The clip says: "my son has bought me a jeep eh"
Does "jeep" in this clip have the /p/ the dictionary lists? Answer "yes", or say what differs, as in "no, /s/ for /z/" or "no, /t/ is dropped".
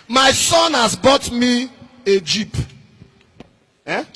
yes